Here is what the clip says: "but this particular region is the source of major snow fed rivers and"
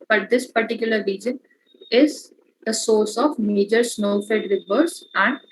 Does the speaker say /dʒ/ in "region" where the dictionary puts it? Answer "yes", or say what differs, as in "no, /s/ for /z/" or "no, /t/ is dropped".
yes